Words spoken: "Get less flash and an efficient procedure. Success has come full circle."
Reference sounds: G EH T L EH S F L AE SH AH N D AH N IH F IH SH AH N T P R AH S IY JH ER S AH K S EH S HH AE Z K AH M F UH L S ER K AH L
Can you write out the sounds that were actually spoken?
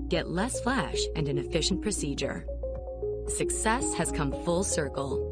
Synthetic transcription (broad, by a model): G EH T L EH S F L AE SH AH N AH N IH F IH SH N P R AH S IY JH ER S AH K S EH S HH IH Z K AH M F UH L S ER K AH L